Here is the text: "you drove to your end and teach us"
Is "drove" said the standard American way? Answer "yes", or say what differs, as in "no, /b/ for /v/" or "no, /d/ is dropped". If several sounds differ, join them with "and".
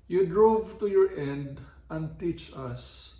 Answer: yes